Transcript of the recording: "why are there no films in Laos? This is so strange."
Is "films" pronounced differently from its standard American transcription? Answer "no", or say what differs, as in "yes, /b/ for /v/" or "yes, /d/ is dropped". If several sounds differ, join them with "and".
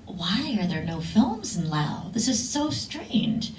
no